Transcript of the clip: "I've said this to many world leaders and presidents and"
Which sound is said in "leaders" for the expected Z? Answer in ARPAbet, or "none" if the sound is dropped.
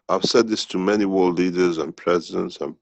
Z